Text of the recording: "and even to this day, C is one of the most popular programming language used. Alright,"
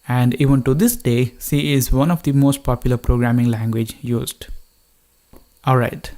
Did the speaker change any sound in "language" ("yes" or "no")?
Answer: no